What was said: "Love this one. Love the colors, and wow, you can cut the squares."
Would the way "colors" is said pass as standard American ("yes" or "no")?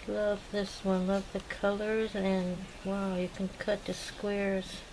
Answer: yes